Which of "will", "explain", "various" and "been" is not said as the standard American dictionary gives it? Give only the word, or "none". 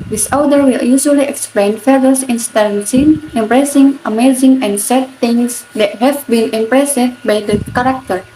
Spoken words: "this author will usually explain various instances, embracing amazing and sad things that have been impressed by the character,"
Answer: various